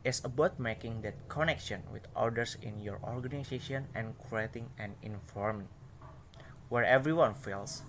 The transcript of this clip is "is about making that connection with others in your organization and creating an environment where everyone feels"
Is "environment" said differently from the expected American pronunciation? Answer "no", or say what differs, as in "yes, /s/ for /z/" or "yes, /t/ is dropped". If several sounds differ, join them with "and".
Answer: yes, /f/ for /v/